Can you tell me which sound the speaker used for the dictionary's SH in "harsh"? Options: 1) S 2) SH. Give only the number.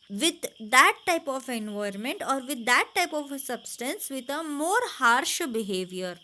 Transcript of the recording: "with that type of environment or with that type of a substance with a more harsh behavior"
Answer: 2